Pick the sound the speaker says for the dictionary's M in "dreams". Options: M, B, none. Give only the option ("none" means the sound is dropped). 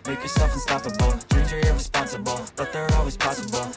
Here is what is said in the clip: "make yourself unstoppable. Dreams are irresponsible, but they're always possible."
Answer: none